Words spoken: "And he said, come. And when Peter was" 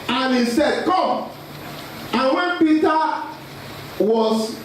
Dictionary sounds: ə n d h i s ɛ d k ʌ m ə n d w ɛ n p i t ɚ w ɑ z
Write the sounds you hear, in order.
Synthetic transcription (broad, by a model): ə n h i s ɛ d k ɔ ə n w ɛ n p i t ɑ w ɑ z